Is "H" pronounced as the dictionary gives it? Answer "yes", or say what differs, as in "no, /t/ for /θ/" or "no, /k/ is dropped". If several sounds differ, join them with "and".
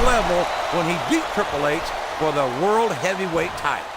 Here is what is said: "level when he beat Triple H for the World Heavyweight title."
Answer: no, /s/ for /tʃ/